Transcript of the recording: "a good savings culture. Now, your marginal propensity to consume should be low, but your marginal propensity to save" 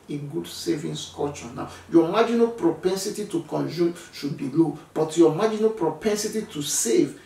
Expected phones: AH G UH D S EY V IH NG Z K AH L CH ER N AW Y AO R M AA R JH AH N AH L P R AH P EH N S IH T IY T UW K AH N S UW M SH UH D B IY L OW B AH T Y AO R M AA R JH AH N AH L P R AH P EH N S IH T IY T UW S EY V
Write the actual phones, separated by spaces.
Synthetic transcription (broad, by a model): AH G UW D S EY V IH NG S K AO CH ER N AW Y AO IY M AA JH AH N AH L P R AH P EH N S IH T IY T UW K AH N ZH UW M SH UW D B IY L OW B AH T Y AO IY M AA JH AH N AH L P R AH P EH N S IH T IY T UW S EY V